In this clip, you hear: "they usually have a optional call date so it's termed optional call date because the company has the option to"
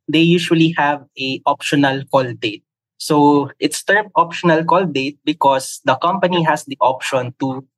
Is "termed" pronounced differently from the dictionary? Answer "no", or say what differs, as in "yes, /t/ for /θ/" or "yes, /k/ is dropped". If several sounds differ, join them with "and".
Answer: yes, /d/ is dropped